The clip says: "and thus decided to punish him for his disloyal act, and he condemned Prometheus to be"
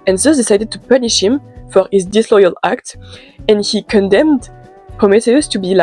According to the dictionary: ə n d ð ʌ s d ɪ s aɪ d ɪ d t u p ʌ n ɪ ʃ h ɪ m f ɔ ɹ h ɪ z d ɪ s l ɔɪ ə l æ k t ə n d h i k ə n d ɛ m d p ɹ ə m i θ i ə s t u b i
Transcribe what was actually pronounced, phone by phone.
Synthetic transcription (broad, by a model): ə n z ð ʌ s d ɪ s aɪ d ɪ d t u p ʌ n ɪ ʃ h ɪ m f ɔ ɹ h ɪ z d ɪ s l ɔɪ ə l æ k t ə n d h i k ə n d ɛ m d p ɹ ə m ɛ t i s t u b i